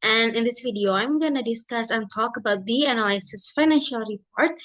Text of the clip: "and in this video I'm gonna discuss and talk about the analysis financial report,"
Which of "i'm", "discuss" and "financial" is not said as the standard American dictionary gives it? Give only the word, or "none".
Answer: none